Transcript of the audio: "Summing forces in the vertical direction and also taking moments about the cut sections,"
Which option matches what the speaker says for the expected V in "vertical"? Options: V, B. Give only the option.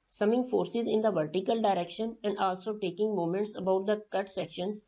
V